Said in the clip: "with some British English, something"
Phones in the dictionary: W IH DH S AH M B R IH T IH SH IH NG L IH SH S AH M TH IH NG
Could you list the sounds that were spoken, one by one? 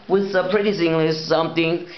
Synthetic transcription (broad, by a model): W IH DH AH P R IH T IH S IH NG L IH S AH M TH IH NG